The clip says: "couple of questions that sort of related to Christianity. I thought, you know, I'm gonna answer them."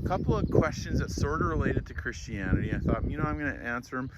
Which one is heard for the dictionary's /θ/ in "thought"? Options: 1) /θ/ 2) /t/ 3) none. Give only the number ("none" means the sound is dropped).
1